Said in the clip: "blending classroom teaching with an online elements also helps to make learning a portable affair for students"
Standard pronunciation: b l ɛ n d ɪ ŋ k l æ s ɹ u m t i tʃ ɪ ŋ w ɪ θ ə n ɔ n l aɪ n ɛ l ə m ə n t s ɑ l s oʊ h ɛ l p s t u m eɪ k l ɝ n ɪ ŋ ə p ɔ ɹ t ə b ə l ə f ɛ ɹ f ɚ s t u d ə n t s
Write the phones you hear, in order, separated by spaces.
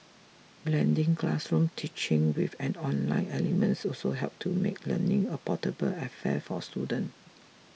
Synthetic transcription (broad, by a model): b l ɛ n d ɪ ŋ k l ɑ s ɹ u m t i tʃ ɪ ŋ w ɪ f ə n ɔ n l aɪ n ɛ l ə m ə n t s ɑ l s oʊ h ɛ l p t u m eɪ k l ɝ n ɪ ŋ ə p ɔ t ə b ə l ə f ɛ f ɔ s t u d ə n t